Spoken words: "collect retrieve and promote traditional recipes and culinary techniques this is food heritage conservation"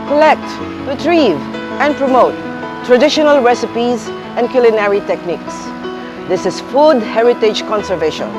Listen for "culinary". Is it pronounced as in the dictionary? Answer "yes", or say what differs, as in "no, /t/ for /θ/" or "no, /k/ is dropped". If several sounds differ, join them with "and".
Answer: yes